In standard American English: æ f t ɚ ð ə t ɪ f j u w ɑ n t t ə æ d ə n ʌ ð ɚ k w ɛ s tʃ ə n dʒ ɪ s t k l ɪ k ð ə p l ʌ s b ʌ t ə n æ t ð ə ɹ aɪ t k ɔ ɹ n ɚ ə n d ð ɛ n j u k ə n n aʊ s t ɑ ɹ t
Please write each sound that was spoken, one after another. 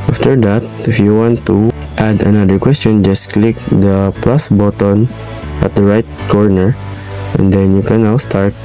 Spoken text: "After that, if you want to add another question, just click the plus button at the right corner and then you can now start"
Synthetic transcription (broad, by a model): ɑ f t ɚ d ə t ɪ f j u w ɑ n t t ə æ d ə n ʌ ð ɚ k w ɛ s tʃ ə n dʒ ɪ s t k l ɪ k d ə p l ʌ s b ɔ t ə n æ t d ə ɹ aɪ t k ɔ ɹ n ɚ ə n d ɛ n j u k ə n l s t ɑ ɹ t